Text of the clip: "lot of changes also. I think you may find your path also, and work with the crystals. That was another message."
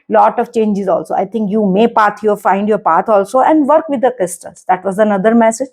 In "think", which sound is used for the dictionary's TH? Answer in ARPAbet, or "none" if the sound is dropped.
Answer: T